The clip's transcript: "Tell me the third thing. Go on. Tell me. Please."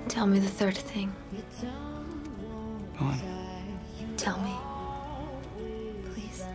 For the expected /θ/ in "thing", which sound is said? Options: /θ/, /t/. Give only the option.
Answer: /θ/